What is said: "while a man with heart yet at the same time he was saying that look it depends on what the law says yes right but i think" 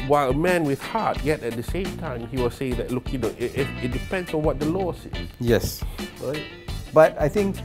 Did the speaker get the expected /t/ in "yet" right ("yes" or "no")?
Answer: yes